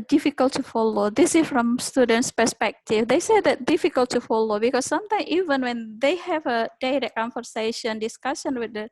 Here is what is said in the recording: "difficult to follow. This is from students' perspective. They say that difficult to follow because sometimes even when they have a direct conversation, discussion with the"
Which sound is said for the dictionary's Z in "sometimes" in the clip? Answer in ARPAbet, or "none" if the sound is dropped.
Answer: none